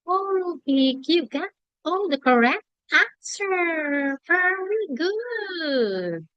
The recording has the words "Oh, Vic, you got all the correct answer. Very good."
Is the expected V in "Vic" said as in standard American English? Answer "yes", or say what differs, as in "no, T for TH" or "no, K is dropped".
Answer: no, B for V